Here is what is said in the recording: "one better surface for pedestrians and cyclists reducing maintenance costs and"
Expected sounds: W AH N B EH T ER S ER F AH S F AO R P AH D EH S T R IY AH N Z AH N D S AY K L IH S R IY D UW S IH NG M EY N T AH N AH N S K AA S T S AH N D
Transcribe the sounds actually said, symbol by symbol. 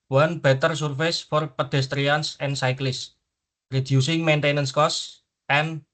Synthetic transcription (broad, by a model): W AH N B EH T ER S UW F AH S F AO R P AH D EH S T R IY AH N S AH N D S AY K L IH S R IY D UW S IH NG M EY N T AH N AH N S K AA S S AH N